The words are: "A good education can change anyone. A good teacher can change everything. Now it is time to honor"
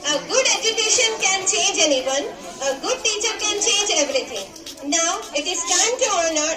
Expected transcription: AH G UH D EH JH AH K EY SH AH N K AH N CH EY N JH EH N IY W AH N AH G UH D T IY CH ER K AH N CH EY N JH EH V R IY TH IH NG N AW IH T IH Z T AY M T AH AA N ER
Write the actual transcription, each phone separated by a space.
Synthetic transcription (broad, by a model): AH G UH D EH JH AH K EY SH AH N K AH N CH EY N JH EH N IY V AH N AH G UH D T IY CH ER K AH N CH EY N JH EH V R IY T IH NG N AW IH T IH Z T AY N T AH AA N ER